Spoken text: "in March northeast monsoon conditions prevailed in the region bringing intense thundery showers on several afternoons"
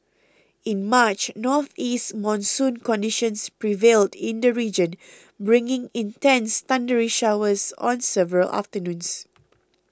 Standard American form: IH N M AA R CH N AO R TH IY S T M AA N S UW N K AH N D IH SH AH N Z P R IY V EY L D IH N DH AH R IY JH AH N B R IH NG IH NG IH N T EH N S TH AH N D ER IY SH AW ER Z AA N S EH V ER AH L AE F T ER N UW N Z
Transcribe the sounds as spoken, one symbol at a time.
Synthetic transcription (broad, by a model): IH N M AA CH N AO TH IY S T M AA N S UW N K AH N D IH SH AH N S P R IY V EY L D IH N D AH R IY JH AH N B R IH NG IH NG IH N T EH N S T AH N D ER IY SH AW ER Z AA N S EH V ER AH L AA F T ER N UW N S